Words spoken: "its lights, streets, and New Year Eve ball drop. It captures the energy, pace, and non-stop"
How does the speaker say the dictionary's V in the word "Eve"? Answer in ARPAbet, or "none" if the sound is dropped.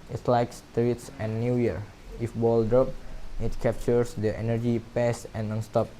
F